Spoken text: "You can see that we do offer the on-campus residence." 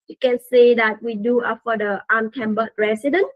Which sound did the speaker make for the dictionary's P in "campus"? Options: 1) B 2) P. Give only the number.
1